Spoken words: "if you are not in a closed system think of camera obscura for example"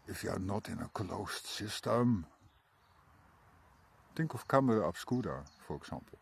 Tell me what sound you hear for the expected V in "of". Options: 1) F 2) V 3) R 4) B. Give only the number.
1